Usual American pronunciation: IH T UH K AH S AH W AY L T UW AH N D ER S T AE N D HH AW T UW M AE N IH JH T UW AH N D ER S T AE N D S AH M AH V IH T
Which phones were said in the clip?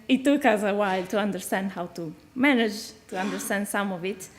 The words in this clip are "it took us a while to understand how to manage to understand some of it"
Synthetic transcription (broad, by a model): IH T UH K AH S AH W AY L T UW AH N D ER S T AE N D HH AW T UW M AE N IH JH T UW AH N D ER S T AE N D S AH M AH V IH T